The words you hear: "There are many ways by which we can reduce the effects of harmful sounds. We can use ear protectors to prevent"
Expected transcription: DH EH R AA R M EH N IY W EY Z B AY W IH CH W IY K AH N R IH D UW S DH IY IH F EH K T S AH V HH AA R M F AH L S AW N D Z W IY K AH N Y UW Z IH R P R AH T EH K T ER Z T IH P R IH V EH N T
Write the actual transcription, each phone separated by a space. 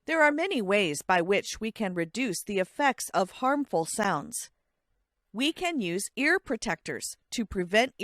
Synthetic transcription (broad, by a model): DH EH R AA R M EH N IY W EY Z B AY W IH CH W IY K AH N R IH D UW S DH IY IH F EH K T S AH V HH AA R M F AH L S AW N D Z W IY K AH N Y UW Z IH R P R AH T EH K T ER Z T IH P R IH V EH N T